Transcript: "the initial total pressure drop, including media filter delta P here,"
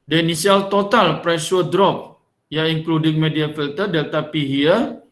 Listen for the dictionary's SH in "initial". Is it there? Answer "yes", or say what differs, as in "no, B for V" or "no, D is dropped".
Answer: no, S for SH